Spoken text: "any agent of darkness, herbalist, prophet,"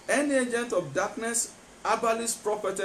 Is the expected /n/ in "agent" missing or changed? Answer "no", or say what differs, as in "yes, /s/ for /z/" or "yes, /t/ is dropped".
no